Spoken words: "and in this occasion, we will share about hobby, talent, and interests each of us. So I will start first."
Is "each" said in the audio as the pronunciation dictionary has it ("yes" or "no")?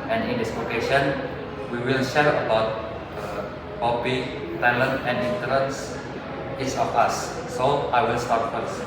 no